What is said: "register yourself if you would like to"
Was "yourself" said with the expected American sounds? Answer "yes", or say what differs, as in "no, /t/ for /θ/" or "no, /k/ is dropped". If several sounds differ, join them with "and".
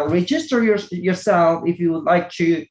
yes